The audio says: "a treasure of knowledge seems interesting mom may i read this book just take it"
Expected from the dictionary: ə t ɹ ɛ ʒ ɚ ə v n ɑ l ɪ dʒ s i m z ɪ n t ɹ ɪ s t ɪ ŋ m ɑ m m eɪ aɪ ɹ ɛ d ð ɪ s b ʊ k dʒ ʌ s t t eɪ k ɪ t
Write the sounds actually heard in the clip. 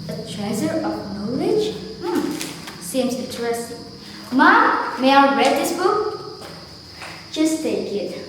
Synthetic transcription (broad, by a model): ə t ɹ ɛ z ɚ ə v n ɑ l ɪ dʒ s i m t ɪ t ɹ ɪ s m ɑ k m eɪ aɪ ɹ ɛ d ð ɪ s b ʊ k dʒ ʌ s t t eɪ k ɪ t